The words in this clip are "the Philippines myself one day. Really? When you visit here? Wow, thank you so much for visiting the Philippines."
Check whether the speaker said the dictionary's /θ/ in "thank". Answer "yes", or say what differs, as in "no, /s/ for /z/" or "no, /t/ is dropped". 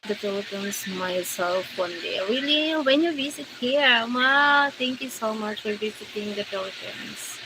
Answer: no, /t/ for /θ/